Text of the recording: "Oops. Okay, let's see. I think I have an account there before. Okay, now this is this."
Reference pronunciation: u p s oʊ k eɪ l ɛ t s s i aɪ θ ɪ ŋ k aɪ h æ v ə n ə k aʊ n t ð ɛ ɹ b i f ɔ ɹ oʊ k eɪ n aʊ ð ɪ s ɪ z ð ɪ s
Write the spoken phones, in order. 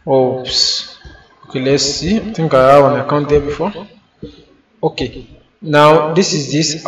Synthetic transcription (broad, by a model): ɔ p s oʊ k eɪ l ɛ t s s i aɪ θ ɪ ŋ k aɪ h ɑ w ə n ə k aʊ n t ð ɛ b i f ɔ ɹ oʊ k eɪ n aʊ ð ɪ s ɪ z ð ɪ s